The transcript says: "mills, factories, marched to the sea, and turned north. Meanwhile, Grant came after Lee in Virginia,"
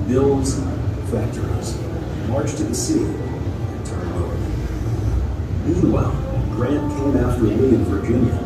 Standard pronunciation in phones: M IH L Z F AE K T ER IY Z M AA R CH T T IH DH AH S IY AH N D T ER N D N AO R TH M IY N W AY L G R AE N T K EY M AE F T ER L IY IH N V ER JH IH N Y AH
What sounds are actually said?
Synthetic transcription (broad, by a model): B IH L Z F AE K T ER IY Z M AA R CH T T IH DH AH S IY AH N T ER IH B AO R M IY N W AY L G R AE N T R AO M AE T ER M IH IH N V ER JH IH N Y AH